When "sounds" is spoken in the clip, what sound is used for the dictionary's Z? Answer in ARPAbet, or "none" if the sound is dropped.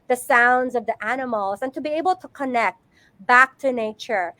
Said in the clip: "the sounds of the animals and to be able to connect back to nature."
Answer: Z